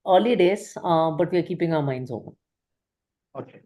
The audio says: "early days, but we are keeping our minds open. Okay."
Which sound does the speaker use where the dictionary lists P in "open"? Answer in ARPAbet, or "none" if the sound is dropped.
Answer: none